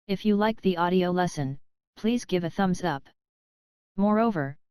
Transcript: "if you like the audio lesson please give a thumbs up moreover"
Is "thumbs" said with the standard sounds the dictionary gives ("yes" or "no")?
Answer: yes